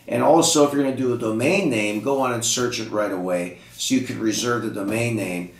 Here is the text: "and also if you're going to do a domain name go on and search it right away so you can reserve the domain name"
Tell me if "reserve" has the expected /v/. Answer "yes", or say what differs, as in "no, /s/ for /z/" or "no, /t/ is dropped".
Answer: yes